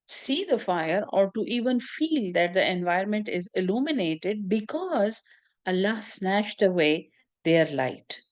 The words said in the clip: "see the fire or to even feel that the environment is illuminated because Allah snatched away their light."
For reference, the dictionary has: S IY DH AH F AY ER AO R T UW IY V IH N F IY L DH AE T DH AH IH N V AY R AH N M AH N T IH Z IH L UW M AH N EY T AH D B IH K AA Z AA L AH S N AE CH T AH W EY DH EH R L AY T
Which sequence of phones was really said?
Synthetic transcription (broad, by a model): S IY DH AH F AY ER AO R T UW IY V IH N F IY L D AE T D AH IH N V AY AH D M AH N T IH Z IH L UW M AH N EY T AH D B IH K AA Z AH L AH S N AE SH T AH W EY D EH R L AY T